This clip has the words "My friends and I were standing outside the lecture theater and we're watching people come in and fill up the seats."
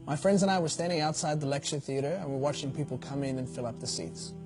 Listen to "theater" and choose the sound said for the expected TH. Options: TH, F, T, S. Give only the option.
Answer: TH